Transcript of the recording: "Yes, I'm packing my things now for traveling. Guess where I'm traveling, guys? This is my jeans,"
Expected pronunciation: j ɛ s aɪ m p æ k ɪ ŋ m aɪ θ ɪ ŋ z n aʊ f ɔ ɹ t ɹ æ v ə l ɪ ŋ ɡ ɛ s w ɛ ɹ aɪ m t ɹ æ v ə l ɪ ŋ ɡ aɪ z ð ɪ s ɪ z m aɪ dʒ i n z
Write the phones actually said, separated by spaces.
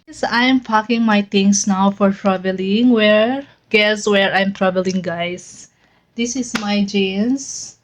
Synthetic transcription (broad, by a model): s aɪ m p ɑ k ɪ ŋ m aɪ t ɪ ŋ s n aʊ f ɔ ɹ t ɹ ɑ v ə l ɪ ŋ ɡ ɛ s w ɛ ɹ aɪ m t ɹ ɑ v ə l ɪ ŋ ɡ aɪ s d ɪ s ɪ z m aɪ dʒ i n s